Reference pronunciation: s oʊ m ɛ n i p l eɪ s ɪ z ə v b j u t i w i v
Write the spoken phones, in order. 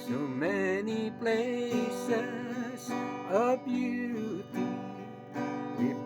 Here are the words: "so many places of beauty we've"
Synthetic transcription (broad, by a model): s oʊ m ɛ n i p l eɪ s ɪ z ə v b j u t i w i